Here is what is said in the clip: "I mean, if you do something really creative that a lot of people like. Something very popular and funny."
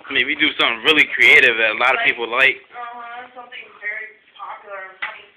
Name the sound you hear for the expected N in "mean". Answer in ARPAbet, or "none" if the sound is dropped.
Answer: none